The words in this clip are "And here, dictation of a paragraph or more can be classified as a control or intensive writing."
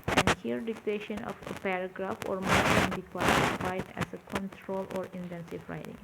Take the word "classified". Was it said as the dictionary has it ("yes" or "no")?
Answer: no